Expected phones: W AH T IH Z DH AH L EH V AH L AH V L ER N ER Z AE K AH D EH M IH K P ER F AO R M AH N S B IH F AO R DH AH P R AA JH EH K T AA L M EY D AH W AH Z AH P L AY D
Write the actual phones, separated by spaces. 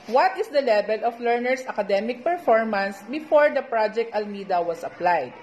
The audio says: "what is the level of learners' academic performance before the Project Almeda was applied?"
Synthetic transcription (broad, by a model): W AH T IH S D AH L EH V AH L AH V L ER N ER S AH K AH D EH M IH K P ER F AO R M AH N S B IH F AO R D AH P R AA JH EH K T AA L M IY D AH W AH S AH P L AY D